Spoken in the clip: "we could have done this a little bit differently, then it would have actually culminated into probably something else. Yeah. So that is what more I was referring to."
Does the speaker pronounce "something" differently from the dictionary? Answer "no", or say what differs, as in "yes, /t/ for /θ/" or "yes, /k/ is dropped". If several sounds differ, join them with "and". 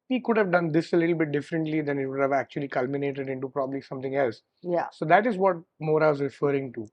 yes, /t/ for /θ/